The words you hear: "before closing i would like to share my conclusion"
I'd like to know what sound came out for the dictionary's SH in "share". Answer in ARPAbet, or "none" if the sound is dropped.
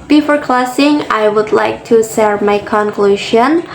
S